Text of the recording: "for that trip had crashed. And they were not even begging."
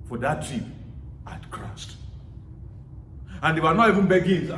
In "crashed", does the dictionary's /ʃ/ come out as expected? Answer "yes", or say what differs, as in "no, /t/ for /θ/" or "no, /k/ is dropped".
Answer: no, /s/ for /ʃ/